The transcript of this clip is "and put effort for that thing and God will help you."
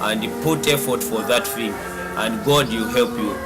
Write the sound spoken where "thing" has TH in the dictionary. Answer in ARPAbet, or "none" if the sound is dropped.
F